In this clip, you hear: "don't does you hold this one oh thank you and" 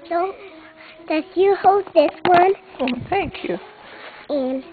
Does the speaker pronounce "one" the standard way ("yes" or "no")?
yes